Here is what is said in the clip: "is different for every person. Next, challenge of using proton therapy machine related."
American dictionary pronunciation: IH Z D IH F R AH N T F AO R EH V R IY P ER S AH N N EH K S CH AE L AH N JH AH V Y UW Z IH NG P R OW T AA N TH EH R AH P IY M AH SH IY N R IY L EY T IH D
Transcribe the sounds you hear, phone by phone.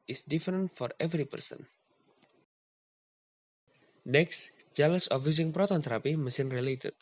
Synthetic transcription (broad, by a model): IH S D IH F R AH N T F AO R EH V R IY P ER S AH N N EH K S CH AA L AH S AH F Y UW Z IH NG P R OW T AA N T R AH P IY M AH S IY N R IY L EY T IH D